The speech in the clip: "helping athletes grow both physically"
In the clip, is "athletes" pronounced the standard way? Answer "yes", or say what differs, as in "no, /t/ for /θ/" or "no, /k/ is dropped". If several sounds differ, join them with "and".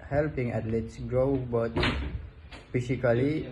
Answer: no, /t/ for /θ/